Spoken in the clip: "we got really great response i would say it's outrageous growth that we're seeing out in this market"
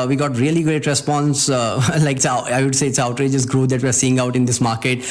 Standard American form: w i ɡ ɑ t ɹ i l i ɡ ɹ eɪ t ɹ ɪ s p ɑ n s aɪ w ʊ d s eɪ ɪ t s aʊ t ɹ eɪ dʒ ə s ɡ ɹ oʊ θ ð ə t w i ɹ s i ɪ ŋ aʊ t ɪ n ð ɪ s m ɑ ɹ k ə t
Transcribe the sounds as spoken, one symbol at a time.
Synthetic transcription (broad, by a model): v i ɡ ɑ t ɹ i l i ɡ ɹ eɪ t ɹ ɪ s p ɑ n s aɪ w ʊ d s eɪ ɪ t s aʊ t ɹ eɪ dʒ ə s ɡ ɹ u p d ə t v i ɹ s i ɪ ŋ aʊ t ɪ n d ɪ s m ɑ ɹ k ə t